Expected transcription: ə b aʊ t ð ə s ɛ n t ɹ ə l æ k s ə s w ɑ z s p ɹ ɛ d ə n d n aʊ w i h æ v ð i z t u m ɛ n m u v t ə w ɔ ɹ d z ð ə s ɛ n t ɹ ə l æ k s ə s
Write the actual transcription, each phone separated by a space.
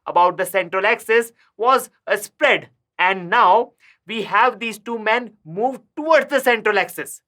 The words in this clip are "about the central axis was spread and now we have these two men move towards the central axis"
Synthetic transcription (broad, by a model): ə b aʊ t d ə s ɛ n t ɹ ə l æ k s ə s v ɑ z s p ɹ ɛ d ə n d n aʊ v i h æ v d i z t u m ɛ n m u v t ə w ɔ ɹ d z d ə s ɛ n t ɹ ə l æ k s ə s